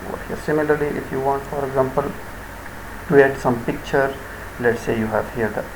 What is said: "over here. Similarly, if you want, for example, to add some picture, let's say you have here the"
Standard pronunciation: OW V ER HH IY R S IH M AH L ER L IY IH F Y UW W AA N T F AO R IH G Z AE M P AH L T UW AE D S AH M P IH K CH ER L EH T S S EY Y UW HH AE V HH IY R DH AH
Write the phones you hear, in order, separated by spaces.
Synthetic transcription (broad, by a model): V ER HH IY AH S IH M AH L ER L IY IH F Y UW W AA N T F AO R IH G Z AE M P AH L T UW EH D S AH M P IH K CH ER L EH T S S EY Y UW HH AE V HH IY R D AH